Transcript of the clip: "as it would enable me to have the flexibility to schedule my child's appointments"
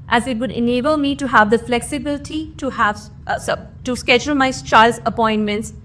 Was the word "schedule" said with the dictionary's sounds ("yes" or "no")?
yes